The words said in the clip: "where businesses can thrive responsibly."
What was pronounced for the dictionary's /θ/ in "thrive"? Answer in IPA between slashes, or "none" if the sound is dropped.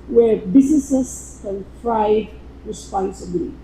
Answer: /f/